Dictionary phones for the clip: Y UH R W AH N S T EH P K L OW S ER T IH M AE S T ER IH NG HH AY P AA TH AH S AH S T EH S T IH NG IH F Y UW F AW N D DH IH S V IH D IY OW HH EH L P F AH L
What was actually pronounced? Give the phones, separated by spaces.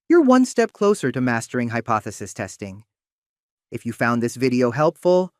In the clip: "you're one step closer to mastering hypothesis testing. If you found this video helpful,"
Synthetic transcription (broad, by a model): Y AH R W AH N S T EH P K L OW S ER T IH M AE S T ER IH NG HH AY P AA TH AH S AH S T EH S T IH NG IH F Y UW F AW N DH IH S V IH D IY OW HH EH L P F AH L